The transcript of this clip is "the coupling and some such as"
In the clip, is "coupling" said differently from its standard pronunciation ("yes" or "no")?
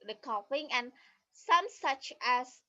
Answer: yes